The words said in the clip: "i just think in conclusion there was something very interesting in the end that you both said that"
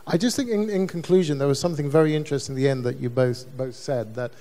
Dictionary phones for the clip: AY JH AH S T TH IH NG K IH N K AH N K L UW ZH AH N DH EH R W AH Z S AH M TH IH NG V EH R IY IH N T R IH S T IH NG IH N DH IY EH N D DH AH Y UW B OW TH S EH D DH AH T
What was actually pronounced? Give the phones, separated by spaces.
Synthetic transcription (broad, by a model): AY JH AH S T TH IH NG K IH N K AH N K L UW ZH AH N DH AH R W AH Z S AH M TH IH NG V EH R IY IH N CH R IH S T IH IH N DH IY EH N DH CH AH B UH B OW TH S EH D DH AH T